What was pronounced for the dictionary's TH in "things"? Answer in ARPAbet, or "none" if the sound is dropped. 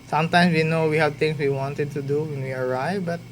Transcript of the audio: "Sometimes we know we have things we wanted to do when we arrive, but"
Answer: T